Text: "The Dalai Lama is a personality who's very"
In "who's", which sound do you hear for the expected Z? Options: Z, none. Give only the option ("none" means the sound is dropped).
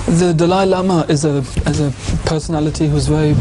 Z